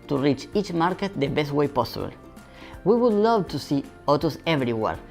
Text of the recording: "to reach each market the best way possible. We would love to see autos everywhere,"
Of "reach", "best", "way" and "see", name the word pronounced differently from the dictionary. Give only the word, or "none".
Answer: none